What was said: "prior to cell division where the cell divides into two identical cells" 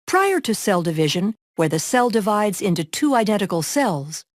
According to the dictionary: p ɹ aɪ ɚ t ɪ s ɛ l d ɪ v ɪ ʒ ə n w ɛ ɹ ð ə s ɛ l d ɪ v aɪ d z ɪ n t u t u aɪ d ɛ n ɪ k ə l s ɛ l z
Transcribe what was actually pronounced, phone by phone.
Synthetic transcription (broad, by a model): p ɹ aɪ ɚ t ɪ s ɛ l d ɪ v ɪ ʒ ə n w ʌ ɹ ð ə s ɛ l d ɪ v aɪ d z ɪ n t u t u aɪ d ɛ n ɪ k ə l s ɛ l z